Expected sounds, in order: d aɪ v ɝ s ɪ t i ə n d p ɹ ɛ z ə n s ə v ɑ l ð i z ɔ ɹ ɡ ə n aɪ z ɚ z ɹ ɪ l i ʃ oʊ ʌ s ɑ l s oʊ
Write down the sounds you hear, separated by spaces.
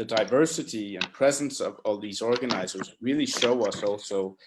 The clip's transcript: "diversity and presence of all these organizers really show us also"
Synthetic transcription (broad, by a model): d aɪ v ɝ s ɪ t i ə n p ɹ ɛ z ə n s ə v ɑ l ð i z ɔ ɹ ɡ ə n aɪ z ɚ z ɹ ɪ l i ʃ oʊ ʌ s ɑ l s oʊ